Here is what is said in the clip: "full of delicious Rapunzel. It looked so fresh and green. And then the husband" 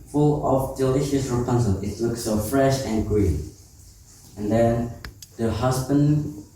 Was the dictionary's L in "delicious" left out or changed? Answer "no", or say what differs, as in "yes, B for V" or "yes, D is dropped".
no